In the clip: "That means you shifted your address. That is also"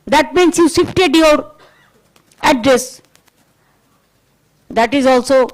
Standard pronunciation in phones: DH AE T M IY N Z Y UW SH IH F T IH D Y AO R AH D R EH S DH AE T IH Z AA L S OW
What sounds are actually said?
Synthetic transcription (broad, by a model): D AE T M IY N S Y UW S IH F T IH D Y AO R AH D R EH S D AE T IH Z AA L S OW